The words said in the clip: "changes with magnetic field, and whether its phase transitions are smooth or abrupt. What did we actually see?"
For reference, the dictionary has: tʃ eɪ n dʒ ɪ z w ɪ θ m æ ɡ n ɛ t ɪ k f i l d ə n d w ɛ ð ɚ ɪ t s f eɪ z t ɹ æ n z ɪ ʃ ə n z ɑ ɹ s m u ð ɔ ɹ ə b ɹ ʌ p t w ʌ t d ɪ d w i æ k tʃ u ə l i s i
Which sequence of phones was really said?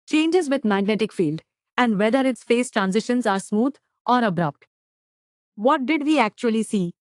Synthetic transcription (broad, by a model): tʃ eɪ n dʒ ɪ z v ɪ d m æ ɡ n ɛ t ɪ k f i l d ə n d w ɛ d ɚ ɪ t s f eɪ s t ɹ æ n z ɪ ʃ ə n z ɑ ɹ s m u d ɔ ɹ ə b ɹ ʌ p t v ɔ t d ɪ d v i æ k tʃ u ə l i s i